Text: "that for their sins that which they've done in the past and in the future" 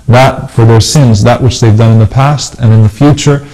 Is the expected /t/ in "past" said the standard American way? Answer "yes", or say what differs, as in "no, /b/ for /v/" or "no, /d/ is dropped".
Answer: yes